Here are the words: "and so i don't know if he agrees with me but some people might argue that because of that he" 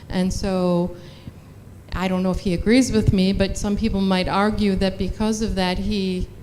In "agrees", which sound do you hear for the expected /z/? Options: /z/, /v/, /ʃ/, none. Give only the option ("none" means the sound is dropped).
/z/